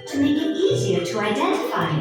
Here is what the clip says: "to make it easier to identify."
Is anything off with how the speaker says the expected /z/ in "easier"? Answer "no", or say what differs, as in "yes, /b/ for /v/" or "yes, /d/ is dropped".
no